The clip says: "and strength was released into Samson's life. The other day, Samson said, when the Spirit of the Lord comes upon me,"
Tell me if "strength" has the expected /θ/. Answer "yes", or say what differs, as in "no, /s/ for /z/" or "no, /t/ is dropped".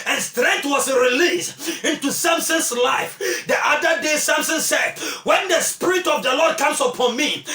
no, /t/ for /θ/